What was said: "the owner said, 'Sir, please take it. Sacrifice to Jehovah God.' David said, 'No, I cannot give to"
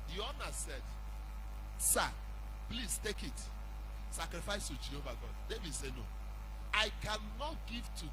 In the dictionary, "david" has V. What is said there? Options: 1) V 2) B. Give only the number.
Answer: 1